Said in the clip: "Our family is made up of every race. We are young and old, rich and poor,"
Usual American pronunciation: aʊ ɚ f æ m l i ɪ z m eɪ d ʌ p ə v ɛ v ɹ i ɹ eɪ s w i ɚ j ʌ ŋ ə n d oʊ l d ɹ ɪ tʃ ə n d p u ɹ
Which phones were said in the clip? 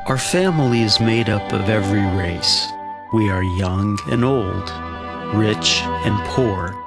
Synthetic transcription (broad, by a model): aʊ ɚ f æ m l i ɪ z m eɪ d ʌ p ə v ɛ v ɹ i ɹ eɪ s w i ɚ j ʌ ŋ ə n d oʊ l d ɹ ɪ tʃ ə n p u ɹ